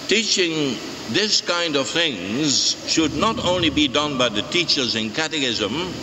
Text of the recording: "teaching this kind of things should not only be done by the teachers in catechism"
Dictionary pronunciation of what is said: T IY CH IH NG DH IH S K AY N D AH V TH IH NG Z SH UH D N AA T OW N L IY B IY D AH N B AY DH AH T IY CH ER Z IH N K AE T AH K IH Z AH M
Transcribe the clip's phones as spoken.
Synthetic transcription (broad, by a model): T IY CH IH NG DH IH S K AY N D AH V TH IH NG Z SH UH D N AA T OW N L IY B IY D AH N B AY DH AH T IY CH ER Z IH N K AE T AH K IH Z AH M